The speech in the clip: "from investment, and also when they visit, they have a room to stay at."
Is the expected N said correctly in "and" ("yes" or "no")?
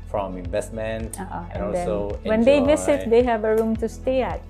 no